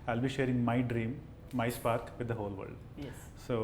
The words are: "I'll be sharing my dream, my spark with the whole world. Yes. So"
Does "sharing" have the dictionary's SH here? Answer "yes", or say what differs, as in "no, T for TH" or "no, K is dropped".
yes